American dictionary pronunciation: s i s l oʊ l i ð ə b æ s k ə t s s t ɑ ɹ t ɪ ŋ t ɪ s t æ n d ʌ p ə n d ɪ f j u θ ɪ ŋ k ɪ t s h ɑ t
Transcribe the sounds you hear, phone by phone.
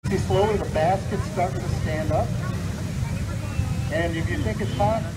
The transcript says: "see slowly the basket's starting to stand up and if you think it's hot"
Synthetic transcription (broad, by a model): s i s l oʊ l i ð ə b æ s k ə t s s t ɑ ɹ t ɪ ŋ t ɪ s t æ n d ʌ p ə n ɪ f j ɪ θ ɪ ŋ k ɪ t s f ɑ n